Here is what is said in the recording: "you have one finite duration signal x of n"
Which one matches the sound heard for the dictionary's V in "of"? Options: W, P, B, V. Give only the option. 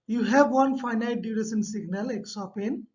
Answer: P